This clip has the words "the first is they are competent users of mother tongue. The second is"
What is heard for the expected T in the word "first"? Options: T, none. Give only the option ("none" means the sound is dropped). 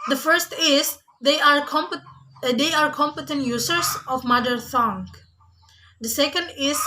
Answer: T